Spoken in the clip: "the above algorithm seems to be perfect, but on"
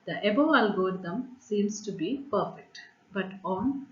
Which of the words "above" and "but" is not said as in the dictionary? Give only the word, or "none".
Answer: above